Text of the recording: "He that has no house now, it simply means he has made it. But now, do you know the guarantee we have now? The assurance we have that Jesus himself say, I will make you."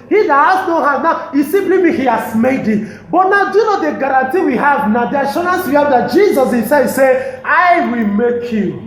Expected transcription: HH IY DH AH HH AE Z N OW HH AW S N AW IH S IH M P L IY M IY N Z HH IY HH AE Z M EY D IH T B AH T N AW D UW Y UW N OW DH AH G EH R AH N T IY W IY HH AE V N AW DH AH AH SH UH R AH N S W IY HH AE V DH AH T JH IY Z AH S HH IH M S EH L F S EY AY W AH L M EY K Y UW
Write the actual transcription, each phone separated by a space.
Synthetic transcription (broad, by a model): HH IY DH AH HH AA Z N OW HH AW N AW IH S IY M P L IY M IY HH IY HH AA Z M EY D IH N B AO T N AW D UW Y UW N OW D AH G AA R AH N T IY W IY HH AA V N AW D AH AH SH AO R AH N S W IY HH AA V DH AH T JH IY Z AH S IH S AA S EY AY W AH L M EY K Y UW